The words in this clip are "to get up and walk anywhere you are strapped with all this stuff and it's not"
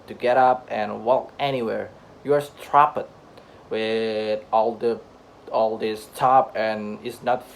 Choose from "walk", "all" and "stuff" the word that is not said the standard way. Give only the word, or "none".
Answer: stuff